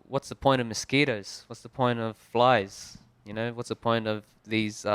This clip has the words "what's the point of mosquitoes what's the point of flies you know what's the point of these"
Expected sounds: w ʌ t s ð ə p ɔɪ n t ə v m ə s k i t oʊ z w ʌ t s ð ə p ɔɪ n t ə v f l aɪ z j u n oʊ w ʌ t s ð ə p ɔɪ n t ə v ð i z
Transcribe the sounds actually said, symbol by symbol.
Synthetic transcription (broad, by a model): w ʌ t s ð ə p ɔɪ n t ə v m ə s k i t oʊ z w ʌ t s ð ə p ɔɪ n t ə v f l aɪ z j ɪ n oʊ w ʌ t s ð ə p ɔɪ n t ə v ð i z